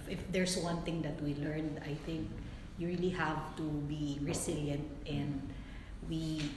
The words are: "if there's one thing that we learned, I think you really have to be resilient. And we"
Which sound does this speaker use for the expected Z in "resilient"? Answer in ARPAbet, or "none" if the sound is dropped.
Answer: S